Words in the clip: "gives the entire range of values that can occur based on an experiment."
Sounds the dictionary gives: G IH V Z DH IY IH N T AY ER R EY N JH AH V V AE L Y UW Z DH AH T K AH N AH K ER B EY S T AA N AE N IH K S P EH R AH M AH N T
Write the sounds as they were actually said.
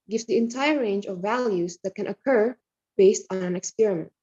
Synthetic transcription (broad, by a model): G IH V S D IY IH N T AY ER R EY N JH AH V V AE L Y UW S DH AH T K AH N AH K ER B EY S T AA N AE N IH K S P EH R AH M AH N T